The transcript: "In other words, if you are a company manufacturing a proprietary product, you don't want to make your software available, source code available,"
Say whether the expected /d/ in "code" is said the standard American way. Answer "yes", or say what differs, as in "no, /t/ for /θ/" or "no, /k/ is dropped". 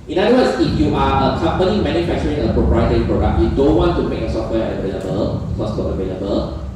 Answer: no, /d/ is dropped